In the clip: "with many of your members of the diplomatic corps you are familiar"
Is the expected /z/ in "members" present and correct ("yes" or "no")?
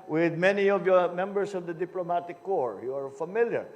no